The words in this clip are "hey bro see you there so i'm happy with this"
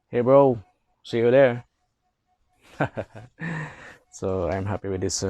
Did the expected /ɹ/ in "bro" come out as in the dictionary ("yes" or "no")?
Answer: yes